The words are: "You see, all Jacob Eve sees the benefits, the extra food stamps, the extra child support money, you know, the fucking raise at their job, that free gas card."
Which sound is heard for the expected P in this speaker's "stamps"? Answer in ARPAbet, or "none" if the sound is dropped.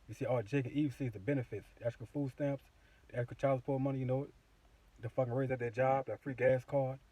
P